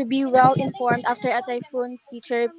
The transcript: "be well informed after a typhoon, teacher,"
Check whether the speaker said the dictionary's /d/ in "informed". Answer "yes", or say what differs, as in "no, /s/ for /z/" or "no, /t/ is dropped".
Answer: yes